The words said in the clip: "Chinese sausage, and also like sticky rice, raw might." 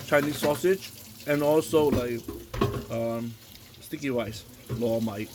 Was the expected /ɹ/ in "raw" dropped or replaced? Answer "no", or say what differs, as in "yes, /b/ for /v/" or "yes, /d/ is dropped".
yes, /l/ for /ɹ/